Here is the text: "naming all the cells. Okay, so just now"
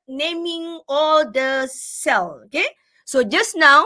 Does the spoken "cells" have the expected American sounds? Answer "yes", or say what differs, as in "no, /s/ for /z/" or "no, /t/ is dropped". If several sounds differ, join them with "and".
no, /z/ is dropped